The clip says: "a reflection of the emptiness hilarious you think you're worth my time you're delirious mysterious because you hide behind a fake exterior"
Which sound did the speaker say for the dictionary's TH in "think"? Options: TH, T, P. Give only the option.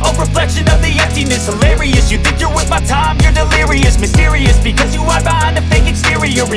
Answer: TH